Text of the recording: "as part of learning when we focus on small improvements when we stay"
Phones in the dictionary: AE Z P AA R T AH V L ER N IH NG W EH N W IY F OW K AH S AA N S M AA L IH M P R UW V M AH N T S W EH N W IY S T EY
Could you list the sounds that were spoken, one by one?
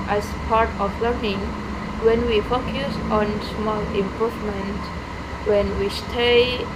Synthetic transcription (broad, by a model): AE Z P AA R T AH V L ER N IH NG W EH N W IY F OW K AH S AA N S M AA L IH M P R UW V M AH N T W EH N W IY S T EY